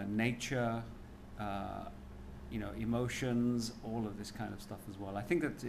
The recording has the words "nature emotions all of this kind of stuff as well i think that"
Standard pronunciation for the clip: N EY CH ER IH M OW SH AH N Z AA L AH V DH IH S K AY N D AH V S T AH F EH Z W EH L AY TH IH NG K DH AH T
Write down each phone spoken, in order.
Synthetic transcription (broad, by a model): N EY CH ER IH M OW SH AH N Z AA L AH V DH IH S K AY N D AH V S T AH F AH Z W EH L AY TH IH NG K DH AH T